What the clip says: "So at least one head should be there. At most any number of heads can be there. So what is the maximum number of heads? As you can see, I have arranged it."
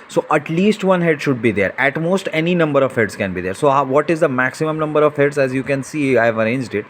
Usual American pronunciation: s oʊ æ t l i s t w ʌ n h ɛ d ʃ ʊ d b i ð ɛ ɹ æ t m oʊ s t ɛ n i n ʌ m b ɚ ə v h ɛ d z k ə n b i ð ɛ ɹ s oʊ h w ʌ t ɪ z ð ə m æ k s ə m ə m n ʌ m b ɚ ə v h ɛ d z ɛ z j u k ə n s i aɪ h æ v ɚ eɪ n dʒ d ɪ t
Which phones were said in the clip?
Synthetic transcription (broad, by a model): s oʊ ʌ t l i s t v ʌ n h ɛ d ʃ ʊ d b i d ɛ ɹ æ t m oʊ s t ɛ n i n ʌ m b ɚ ə v h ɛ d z k ə n b i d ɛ ɹ s oʊ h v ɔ t ɪ z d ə m æ k s ə m ə m n ʌ m b ɚ ə v h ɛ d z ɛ z j u k ə n s i aɪ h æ v ɚ eɪ n dʒ d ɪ t